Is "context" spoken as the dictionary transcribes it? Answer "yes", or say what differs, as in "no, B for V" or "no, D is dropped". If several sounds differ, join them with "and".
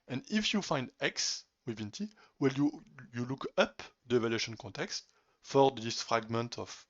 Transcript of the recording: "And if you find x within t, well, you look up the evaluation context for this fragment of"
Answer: yes